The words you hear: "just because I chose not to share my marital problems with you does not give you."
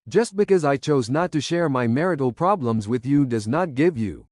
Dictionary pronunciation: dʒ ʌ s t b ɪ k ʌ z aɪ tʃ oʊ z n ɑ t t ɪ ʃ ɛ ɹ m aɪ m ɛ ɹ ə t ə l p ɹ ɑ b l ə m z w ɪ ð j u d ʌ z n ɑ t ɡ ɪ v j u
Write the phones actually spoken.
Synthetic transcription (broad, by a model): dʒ ʌ s t b ɪ k ʌ z aɪ tʃ oʊ z n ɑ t t ɪ ʃ ɛ ɹ m aɪ m ɛ ɹ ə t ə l p ɹ ɑ b l ə m z w ɪ ð j u d ʌ z n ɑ t ɡ ɪ v j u